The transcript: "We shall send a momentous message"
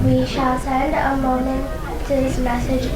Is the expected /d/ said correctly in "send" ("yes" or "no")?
yes